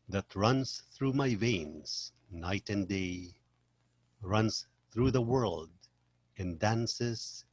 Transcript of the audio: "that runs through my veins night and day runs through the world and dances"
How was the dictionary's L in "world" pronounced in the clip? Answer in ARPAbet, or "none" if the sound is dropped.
L